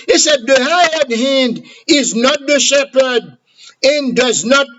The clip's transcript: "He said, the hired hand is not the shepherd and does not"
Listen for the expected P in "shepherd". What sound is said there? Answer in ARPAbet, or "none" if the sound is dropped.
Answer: P